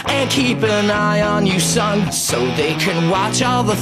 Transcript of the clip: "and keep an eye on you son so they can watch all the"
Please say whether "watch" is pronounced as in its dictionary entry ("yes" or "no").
yes